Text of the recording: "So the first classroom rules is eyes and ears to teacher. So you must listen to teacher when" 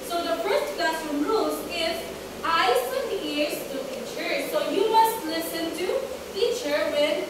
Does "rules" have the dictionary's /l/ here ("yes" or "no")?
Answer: no